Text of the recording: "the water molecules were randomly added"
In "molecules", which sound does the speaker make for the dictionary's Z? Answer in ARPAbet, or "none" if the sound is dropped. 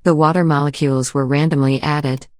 Z